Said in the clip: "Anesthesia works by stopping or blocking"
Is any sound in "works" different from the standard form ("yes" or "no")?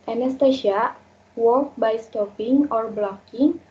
yes